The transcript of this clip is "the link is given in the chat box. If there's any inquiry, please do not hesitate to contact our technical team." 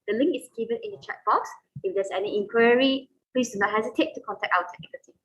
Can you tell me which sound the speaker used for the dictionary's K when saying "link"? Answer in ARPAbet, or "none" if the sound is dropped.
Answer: K